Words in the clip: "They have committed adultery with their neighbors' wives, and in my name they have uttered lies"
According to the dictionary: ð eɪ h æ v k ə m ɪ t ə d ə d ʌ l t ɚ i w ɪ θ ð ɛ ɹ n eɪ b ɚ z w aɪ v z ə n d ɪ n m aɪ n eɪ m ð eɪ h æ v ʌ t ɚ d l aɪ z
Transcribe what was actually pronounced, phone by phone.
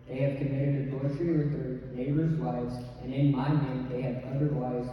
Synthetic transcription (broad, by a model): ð eɪ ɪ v k ə m ɪ t ə d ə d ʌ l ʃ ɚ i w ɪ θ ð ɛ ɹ n eɪ b ɚ z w aɪ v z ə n ɪ n m aɪ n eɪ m ð eɪ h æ v ʌ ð ɚ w aɪ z